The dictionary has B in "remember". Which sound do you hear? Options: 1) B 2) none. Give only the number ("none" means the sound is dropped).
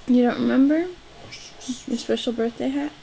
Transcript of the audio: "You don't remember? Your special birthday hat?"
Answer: 1